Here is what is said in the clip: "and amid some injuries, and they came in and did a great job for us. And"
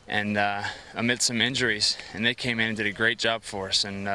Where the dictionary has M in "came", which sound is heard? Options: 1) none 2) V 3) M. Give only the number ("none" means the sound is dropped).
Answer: 1